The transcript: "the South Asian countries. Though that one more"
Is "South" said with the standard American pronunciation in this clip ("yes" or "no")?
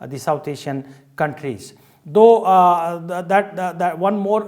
no